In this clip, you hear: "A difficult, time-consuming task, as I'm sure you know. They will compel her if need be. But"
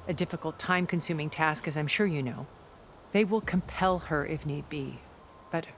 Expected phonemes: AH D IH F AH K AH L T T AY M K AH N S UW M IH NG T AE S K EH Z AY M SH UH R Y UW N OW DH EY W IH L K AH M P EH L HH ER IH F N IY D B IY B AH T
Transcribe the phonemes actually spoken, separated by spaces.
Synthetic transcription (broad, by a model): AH D IH F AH K L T T AY M K AH N S UW M IH NG T AE S K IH Z AY M SH UH R Y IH N OW DH EY W IH L K AH M P EH L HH ER IH F N IY D B IY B AH T